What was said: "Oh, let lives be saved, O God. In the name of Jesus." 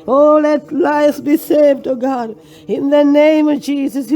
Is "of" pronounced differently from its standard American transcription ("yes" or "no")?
no